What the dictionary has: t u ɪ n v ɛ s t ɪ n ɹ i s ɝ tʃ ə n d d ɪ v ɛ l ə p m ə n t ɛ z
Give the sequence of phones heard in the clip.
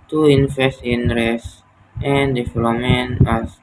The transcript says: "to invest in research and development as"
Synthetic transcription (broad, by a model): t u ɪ n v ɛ s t ɪ n ɹ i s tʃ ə n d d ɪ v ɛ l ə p m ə n ɑ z